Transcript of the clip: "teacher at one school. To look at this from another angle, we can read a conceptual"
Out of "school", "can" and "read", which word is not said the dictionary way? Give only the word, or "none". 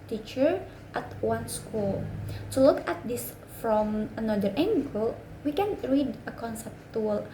none